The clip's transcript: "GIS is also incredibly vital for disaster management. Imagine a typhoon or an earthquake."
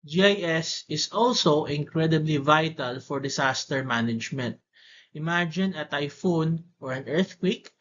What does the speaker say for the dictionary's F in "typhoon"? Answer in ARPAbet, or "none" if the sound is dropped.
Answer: F